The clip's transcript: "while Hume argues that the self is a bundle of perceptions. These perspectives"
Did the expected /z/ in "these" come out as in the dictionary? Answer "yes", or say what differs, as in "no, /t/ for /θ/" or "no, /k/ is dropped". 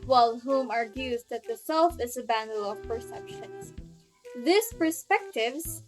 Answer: no, /s/ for /z/